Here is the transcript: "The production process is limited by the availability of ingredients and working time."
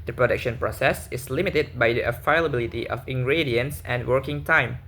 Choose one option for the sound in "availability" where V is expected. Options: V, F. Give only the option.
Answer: F